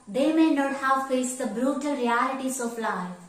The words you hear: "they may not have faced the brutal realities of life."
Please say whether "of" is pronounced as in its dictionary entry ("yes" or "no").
no